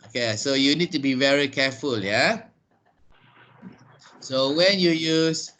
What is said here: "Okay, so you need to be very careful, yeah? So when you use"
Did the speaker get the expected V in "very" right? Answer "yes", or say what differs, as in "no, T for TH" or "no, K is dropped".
yes